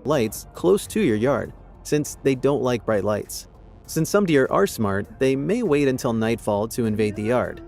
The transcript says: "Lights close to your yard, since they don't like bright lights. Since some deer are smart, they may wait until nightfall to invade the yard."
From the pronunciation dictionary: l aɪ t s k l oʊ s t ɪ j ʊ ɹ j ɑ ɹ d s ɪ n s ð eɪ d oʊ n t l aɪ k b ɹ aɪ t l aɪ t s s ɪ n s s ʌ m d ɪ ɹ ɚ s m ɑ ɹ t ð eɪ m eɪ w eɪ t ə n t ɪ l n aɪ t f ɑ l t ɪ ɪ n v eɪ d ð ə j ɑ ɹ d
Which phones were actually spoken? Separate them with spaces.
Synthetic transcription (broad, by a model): l aɪ t s k l oʊ s t ɪ j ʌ ɹ j ɑ ɹ d s ɪ n s ð eɪ d oʊ n t l aɪ k b ɹ aɪ t l aɪ t s s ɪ n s s ʌ m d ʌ ɹ ɚ s m ɑ ɹ t ð eɪ m eɪ w eɪ t ə n t ɪ l n aɪ t f ɑ l t ɪ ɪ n v eɪ d ð ə j ɑ ɹ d